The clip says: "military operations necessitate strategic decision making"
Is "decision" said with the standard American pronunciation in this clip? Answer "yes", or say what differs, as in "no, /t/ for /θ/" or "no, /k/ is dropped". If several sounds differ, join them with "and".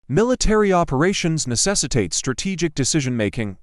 yes